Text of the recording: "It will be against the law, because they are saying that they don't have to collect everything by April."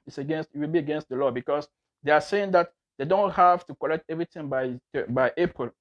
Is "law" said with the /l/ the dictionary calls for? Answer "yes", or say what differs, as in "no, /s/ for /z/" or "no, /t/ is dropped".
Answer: yes